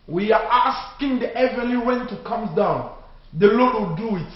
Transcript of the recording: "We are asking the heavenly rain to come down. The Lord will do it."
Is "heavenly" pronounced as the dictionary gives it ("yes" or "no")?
no